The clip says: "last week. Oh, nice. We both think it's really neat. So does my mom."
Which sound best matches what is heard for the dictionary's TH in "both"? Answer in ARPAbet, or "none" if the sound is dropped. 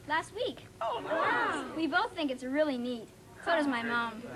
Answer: TH